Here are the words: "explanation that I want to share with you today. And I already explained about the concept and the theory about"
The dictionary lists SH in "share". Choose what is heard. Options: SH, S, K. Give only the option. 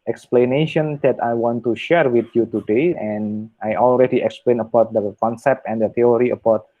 SH